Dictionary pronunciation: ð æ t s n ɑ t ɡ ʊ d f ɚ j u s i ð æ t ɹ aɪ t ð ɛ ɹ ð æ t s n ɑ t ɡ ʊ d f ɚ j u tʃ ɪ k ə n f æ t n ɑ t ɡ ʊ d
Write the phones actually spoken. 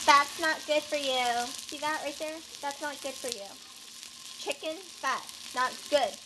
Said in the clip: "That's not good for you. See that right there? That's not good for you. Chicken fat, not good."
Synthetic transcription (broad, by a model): ð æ t s n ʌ t ɡ ʊ d f ɚ j u s i ð æ t ɹ aɪ t ð ɛ ɹ ð æ t s n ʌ t ɡ ʊ d f ɚ j u tʃ ɪ k ə n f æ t n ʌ t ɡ ʊ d